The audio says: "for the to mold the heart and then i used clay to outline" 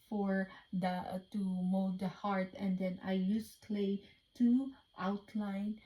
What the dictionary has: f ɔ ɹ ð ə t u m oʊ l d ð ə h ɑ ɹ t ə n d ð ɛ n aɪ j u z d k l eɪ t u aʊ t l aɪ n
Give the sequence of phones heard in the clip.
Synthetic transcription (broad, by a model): f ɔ ɹ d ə t u m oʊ d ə h ɑ ɹ t ə n d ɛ n aɪ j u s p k l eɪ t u aʊ t l aɪ n